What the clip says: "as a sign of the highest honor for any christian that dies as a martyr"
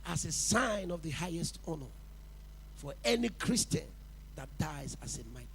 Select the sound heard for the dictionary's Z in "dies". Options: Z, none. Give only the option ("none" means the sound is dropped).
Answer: Z